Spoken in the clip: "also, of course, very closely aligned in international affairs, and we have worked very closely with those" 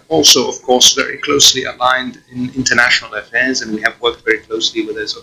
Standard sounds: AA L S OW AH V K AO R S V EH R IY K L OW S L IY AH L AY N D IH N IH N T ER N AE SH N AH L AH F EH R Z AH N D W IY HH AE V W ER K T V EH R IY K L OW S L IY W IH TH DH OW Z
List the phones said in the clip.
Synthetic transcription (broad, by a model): AA L S OW AH V K AO R S V EH R IY K L OW S L IY AH L AY N D IH N IH N T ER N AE SH N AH L AH F EH R Z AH N W IY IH V W ER K T V EH R IY K L OW S L IY W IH DH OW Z